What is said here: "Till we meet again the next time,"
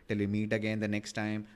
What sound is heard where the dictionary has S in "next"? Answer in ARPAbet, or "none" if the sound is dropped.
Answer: S